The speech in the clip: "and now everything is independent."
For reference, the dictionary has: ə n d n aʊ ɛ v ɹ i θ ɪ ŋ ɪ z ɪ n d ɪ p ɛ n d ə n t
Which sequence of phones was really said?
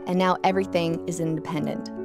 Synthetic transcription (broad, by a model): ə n n aʊ ɛ v ɹ i θ ɪ ŋ ɪ z ɪ n d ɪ p ɛ n d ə n t